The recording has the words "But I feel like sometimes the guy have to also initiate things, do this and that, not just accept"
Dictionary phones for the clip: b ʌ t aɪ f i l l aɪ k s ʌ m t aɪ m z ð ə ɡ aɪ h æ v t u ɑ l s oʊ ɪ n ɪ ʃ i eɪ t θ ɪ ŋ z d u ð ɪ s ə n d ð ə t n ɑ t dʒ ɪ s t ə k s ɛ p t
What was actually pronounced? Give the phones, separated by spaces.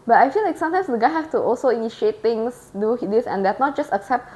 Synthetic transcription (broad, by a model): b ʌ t aɪ f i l l aɪ k s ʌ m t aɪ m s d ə ɡ aɪ h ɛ f t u ɑ l s oʊ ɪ n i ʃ i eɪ t t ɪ ŋ s d u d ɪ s ə n d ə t n ɑ t dʒ ɪ s t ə k s ɛ p t